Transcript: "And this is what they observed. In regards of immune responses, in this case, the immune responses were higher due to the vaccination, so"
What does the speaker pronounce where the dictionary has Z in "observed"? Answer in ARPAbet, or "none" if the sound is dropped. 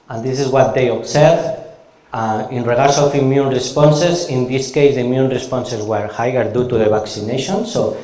S